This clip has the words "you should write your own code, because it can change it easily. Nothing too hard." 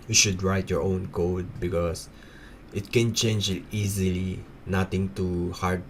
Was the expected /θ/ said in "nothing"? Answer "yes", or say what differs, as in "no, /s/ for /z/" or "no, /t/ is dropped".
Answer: no, /t/ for /θ/